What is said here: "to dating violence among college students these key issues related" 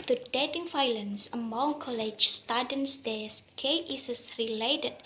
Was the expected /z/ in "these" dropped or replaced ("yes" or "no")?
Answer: yes